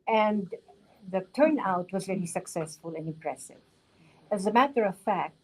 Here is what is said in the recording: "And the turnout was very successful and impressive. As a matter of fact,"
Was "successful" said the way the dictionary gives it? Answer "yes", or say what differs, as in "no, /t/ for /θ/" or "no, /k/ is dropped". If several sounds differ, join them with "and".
yes